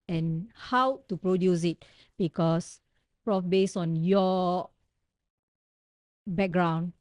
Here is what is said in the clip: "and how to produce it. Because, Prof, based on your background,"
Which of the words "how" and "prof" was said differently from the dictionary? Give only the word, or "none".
none